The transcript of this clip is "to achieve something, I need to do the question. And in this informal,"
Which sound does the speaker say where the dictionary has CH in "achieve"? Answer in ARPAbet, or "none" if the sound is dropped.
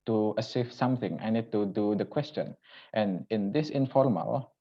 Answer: S